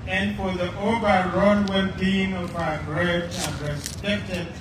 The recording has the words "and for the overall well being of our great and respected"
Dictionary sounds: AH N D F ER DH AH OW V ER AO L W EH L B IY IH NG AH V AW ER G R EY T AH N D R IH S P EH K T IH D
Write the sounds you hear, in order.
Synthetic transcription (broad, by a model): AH N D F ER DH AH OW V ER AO N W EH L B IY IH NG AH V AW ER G R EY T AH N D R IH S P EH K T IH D